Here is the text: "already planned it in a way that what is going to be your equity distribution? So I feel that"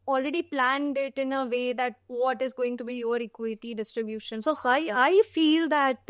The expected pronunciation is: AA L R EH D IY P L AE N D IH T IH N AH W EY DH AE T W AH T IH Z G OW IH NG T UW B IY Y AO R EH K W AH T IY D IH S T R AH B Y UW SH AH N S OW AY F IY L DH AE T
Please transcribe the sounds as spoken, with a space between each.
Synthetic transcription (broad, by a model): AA L R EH D IY P L AE N D IH T IH N AH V EY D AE T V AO T IH Z G OW IH NG T UW B IY Y AO R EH K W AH T IY D IH S T R AH B Y UW SH AH N S OW AY F IY L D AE T